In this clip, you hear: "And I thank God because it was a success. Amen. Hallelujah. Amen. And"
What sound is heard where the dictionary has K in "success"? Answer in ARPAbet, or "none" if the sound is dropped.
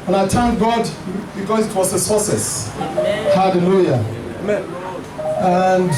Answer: none